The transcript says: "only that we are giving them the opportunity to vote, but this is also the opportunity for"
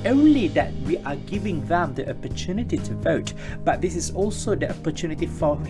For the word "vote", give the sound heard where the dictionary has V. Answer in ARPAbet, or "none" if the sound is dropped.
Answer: V